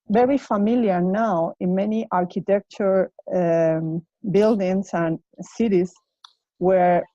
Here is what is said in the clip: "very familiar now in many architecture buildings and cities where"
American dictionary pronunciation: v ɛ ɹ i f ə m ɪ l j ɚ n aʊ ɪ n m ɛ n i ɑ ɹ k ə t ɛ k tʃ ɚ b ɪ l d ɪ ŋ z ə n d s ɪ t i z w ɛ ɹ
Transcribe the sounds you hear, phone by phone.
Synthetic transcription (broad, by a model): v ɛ ɹ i f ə m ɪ l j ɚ n aʊ ɪ n m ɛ n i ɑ ɹ k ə t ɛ k tʃ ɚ b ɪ l d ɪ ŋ s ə n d s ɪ t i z w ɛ ɹ